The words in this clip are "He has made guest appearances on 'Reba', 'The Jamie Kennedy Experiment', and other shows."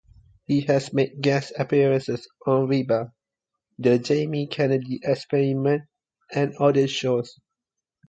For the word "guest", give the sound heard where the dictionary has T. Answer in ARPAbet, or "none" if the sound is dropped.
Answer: none